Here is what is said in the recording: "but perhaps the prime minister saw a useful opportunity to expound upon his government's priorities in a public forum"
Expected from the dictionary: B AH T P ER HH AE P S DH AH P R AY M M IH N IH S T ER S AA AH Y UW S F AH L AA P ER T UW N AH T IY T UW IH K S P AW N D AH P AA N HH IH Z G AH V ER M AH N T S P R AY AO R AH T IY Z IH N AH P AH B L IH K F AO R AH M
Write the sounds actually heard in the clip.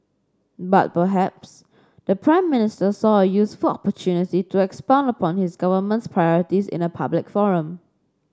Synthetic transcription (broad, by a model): B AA T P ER HH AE P S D AH P R AY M M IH N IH S T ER S AA AH Y UW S F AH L AA P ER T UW N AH T IY T UW IH K S P AW N D AH P AA N HH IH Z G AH V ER M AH N T S P R AY AO R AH T IY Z IH N AH P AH B L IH K F AO R AH M